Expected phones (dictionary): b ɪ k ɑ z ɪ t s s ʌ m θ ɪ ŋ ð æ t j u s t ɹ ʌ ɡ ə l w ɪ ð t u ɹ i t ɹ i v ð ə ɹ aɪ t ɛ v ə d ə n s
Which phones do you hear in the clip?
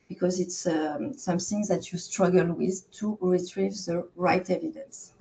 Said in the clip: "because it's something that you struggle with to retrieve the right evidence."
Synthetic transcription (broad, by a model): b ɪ k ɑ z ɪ t s s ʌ m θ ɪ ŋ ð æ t j u s t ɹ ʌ ɡ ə l w ɪ ð t u ɹ i t ɹ i v ð ə ɹ aɪ t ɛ v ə d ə n s